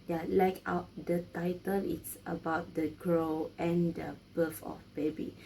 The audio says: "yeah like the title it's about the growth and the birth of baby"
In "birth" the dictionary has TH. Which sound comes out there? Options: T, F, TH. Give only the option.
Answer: F